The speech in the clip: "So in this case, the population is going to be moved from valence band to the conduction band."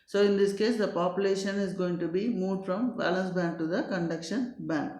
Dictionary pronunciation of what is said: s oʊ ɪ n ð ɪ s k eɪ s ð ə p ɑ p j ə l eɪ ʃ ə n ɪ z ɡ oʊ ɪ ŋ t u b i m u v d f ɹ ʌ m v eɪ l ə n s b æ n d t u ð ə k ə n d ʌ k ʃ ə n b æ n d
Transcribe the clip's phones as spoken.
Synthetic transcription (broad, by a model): s oʊ ɪ n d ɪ s k eɪ s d ə p ɑ p j ə l eɪ ʃ ə n ɪ z ɡ oʊ ɪ ŋ t u b i m u v d f ɹ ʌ m b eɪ l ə n s b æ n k t u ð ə k ə n d ʌ k ʃ ə n b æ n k